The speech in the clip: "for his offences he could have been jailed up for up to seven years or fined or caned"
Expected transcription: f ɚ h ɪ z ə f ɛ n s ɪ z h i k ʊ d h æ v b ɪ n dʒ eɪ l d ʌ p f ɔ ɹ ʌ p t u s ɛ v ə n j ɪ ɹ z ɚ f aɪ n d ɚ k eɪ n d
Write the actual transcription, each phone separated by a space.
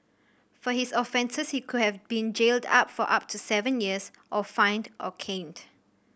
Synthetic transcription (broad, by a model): f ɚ h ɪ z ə f ɛ n s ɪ s h i k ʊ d h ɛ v b ɪ n dʒ eɪ l d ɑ p f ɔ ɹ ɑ p t u s ɛ v ə n j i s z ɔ f aɪ n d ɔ k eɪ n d